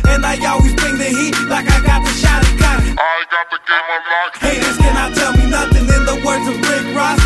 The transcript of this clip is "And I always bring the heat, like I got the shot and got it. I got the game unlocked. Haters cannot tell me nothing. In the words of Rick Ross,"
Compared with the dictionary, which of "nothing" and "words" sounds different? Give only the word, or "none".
none